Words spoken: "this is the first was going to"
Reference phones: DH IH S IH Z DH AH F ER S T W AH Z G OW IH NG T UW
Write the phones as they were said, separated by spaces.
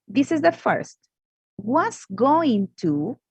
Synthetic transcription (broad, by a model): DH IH S IH Z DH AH F ER S T W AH S G OW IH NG T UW